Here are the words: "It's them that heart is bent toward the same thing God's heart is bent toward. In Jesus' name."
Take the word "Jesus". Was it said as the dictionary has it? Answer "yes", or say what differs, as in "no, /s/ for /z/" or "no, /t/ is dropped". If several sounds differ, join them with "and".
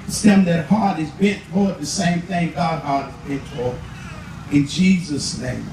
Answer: yes